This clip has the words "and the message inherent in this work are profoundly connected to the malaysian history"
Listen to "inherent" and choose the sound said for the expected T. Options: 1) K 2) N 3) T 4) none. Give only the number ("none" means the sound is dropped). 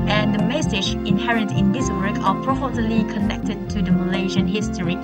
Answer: 3